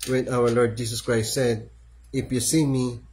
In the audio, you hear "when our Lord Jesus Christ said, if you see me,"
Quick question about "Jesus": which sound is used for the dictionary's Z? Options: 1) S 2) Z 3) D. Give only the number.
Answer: 1